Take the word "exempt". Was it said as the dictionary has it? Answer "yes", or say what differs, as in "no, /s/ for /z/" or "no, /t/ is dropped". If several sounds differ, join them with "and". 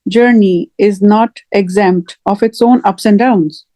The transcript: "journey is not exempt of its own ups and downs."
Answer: yes